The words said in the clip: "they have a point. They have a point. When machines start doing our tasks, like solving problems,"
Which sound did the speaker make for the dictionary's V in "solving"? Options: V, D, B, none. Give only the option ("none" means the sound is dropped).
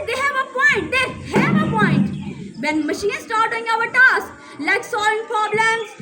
none